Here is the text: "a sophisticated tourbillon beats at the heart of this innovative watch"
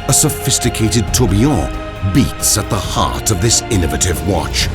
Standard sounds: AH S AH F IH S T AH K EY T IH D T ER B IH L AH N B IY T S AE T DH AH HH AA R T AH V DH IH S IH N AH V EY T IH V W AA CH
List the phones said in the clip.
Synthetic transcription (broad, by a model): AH S AH F IH S T AH K EY T IH D T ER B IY AH B IY T S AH T DH AH HH AA R T AH V DH IH S IH N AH V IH T IH V W AA CH